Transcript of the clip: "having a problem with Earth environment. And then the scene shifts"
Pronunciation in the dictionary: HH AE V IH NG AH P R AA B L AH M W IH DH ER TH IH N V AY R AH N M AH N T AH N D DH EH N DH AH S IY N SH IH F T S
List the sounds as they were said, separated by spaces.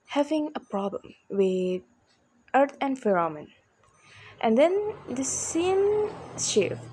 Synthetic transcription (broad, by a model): HH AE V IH NG AH P R AA B L AH M W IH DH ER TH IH N F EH R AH M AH N T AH N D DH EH N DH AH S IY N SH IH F